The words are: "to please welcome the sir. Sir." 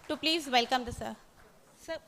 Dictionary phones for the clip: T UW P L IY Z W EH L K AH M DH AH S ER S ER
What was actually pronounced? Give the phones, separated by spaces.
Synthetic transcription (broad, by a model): T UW P L IY Z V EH L K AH M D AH S ER S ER